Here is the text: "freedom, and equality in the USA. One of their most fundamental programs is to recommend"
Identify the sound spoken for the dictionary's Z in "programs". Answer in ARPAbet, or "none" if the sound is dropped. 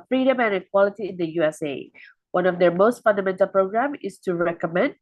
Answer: none